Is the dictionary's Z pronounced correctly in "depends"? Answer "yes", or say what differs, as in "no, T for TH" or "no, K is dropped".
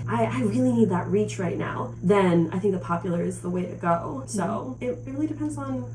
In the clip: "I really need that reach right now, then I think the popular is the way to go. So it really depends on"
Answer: yes